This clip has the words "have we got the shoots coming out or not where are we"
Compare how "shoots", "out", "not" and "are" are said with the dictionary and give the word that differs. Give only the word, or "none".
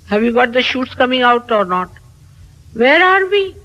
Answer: none